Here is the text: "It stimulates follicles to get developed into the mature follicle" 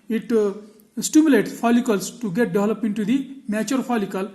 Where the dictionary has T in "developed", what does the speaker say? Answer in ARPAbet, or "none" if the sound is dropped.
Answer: none